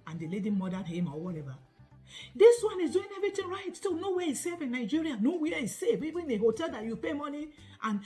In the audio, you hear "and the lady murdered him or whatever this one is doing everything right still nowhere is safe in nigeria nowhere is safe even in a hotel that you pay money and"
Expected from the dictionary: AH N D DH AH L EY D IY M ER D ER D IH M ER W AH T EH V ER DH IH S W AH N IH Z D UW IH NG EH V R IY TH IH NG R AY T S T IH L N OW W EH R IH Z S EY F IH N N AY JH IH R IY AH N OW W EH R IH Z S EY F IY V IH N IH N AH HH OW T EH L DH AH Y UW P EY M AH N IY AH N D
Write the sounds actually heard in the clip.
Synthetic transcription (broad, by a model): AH N D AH L EY D IY M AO D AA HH IH M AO W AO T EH V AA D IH S W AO N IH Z D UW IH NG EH V R IY T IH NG R AY T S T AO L N OW W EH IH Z S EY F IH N N AY JH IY R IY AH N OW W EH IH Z S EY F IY B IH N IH HH OW T EH L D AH Y UW P EY M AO N IY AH N